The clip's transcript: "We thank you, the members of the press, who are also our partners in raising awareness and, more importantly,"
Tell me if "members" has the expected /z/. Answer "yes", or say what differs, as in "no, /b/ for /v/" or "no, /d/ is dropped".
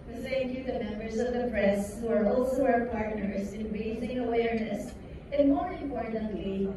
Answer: yes